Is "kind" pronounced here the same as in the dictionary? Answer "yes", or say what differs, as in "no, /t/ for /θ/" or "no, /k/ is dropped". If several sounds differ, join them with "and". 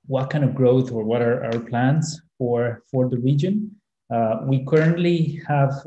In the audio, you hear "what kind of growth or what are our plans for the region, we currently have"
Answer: no, /d/ is dropped